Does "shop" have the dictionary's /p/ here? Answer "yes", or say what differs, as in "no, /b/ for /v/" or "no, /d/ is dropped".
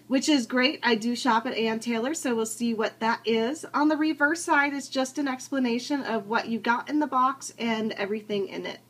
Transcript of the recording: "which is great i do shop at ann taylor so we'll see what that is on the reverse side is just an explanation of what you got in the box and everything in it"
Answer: yes